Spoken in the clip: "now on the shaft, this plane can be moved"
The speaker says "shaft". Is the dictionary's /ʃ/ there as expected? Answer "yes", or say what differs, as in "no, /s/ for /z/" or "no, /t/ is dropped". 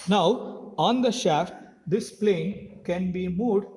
yes